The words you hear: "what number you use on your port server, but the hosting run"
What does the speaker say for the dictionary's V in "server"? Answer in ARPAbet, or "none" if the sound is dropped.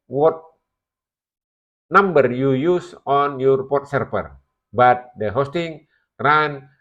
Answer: P